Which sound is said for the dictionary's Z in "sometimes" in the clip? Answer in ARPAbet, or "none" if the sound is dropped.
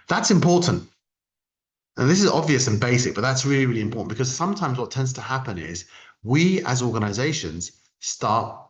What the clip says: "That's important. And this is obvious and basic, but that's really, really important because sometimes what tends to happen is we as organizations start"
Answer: Z